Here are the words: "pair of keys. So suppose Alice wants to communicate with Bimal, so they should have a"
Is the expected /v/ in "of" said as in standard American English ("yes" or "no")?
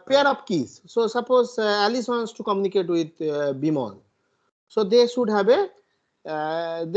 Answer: no